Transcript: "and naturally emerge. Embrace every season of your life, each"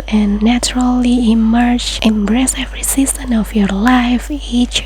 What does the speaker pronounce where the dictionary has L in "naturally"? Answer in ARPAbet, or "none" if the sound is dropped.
L